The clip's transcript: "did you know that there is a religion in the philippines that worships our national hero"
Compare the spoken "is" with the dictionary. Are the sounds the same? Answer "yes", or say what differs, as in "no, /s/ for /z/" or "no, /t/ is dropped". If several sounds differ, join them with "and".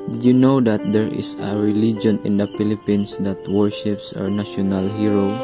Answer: no, /s/ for /z/